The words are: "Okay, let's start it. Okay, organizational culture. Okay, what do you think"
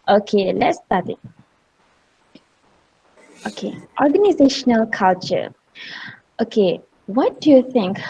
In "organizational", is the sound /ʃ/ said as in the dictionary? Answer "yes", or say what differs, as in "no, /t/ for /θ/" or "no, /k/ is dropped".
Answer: yes